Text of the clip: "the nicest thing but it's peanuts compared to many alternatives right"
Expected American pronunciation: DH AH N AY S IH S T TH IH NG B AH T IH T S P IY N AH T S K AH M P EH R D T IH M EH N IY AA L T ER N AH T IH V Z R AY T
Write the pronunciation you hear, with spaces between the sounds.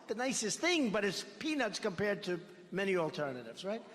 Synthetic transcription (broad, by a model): DH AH N AY S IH S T TH IH NG B AH T IH T S P IY N AH T S K AH M P EH R D T IH M EH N IY AA L T ER N AH T IH V Z R AY T